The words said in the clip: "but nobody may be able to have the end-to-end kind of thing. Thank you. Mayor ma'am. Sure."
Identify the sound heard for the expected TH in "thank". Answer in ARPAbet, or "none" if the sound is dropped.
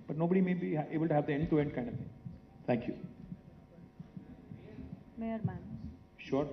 T